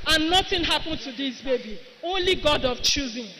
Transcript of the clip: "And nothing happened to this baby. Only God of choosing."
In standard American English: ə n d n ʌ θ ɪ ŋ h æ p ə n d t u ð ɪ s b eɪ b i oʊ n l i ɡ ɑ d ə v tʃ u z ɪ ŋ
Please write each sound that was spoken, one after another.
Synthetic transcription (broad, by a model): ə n n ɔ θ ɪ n h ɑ p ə n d t u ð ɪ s b eɪ b i oʊ n l i ɡ ɑ d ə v tʃ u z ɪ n